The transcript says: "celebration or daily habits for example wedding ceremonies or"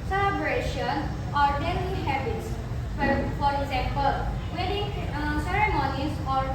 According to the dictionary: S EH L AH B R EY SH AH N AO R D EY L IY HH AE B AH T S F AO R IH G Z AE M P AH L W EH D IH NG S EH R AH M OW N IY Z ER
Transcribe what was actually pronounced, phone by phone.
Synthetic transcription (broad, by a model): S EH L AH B R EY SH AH N AO R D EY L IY HH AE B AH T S F AO R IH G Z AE M P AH L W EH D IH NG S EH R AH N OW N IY S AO